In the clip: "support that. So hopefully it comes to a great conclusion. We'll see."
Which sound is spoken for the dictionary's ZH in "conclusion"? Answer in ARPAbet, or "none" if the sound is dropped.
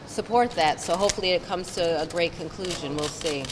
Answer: ZH